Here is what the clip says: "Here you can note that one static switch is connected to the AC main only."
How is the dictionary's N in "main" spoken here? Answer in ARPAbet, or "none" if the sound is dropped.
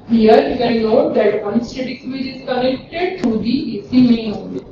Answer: none